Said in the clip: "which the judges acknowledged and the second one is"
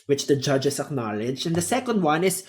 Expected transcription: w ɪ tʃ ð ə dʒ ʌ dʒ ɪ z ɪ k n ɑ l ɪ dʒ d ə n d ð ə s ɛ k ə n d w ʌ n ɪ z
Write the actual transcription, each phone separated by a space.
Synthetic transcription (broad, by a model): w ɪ tʃ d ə dʒ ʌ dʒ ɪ s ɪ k n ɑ l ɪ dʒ ə n d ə s ɛ k ə n d w ʌ n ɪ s